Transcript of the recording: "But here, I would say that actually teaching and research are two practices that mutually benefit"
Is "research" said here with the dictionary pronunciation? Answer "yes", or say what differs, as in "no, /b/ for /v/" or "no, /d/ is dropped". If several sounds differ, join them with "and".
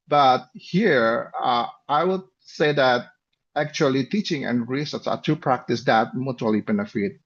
no, /s/ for /tʃ/